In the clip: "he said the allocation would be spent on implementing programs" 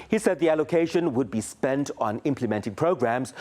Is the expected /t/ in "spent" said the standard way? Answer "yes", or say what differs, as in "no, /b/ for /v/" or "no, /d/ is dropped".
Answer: yes